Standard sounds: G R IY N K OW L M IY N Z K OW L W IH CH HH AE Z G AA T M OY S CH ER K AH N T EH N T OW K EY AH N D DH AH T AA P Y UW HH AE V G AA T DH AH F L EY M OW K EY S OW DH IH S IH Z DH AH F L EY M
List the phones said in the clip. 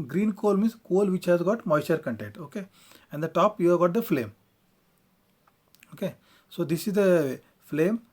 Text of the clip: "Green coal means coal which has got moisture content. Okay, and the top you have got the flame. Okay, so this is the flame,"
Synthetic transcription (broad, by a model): G R IY N K OW L M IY Z K OW L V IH CH HH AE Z G AA T M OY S ER K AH N T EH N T OW K EY AH N D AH T AA P Y UW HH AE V G AA T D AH F L EY M OW K EY S OW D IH S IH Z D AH F L EY M